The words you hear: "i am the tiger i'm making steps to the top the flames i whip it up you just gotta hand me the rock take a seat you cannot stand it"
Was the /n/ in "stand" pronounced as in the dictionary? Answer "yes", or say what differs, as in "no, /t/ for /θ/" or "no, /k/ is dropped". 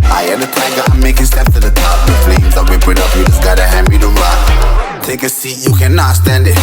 yes